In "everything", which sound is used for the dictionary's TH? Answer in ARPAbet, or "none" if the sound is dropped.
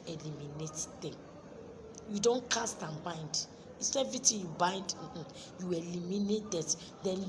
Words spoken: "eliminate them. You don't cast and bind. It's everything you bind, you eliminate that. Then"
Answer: T